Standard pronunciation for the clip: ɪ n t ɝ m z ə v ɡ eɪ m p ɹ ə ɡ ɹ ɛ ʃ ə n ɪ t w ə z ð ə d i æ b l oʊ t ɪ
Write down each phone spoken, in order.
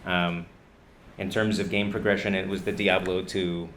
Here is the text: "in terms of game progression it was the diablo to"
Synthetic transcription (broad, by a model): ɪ n t ɝ m z ə v ɡ eɪ m p ɹ ə ɡ ɹ ɛ ʃ ə n ɪ t w ə z ð ə d i æ b l oʊ t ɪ